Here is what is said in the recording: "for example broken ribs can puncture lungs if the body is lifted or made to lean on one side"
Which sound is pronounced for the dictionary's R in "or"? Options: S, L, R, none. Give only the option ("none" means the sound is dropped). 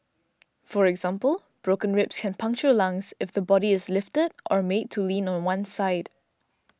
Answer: R